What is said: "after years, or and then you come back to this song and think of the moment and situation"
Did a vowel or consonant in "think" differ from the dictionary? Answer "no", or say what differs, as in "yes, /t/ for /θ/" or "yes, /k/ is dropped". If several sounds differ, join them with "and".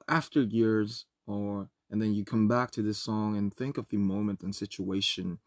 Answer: no